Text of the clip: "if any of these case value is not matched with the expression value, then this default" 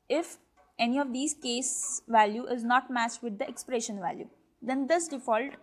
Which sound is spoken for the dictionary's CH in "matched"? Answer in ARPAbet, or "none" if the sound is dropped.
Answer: S